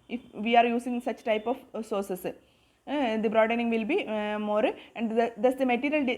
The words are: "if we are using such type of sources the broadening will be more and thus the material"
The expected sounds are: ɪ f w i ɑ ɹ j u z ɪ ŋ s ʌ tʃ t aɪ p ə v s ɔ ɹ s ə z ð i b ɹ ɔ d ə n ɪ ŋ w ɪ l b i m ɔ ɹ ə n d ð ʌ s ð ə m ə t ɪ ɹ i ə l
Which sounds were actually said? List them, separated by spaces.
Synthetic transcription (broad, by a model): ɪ f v i ɑ ɹ j u s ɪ ŋ s ʌ tʃ t aɪ p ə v s ɔ ɹ s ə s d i b ɹ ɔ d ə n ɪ ŋ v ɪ l b i m ɔ ɹ ə n d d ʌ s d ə m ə t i ɹ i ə l